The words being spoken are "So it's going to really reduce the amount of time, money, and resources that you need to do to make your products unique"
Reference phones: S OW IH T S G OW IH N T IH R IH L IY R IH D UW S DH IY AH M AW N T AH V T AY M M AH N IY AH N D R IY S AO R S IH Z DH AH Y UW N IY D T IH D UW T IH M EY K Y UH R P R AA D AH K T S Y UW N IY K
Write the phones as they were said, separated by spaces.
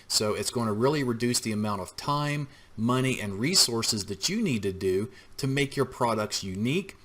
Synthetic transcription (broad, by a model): S OW IH T S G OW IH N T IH R IH L IY R IH D UW S DH IY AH M AW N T AH V T AY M M AH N IY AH N R IY S AO R S IH Z DH AH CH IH N IY D T IH D UW T IH M EY K Y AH R P R AA D AH K T S Y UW N IY K